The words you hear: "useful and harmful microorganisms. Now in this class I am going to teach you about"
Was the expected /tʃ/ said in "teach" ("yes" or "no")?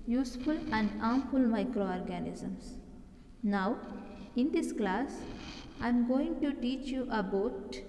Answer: yes